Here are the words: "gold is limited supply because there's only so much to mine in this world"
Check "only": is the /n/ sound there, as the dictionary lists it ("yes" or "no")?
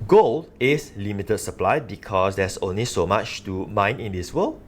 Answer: yes